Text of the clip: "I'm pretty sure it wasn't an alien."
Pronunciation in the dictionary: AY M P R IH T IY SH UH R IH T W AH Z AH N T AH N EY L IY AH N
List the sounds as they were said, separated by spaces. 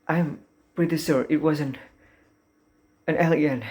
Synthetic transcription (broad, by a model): AY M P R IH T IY S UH R IH T W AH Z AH N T AH N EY L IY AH N